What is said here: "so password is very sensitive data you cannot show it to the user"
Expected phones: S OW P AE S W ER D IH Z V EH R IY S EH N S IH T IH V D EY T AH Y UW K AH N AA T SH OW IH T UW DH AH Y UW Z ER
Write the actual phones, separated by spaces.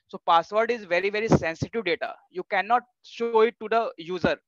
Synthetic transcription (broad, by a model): S OW P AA S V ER D IH Z V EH R IY S EH N S IH T IH V D EY T AH Y UW K AH N AA T SH OW IH T UW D AH Y UW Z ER